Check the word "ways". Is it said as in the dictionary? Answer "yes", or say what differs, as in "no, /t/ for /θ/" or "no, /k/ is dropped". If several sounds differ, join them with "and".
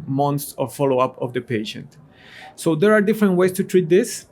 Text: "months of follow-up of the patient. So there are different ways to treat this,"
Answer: no, /s/ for /z/